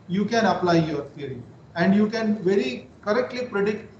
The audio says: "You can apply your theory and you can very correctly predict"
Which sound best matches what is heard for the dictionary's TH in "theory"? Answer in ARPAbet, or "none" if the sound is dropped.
F